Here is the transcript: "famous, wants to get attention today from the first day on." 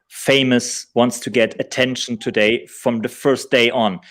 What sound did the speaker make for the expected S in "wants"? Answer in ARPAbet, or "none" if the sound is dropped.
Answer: S